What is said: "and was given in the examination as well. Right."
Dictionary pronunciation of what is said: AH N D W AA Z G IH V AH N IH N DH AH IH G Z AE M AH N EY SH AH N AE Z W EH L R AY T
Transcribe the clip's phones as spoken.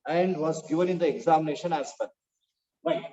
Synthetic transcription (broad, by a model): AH N D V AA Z G IH V AH N IH N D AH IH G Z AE M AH N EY SH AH N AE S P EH N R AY